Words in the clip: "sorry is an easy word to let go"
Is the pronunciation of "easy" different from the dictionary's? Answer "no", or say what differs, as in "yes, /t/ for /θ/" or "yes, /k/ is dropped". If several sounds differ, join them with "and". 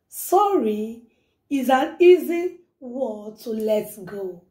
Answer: no